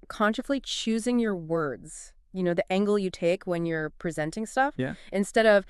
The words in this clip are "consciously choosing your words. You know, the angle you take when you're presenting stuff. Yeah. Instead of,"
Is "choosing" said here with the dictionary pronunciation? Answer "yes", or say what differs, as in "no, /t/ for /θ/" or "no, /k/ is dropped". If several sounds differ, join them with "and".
yes